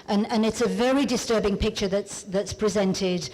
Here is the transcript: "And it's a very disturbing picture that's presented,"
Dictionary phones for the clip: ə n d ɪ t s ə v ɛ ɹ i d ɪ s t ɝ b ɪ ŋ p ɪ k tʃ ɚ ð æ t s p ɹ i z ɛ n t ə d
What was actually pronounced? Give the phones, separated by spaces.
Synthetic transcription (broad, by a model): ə n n ɪ t s ə v ɛ ɹ i d ɪ s t ɝ b ɪ ŋ p ɪ k tʃ ɚ ð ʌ t s p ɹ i z ɛ n t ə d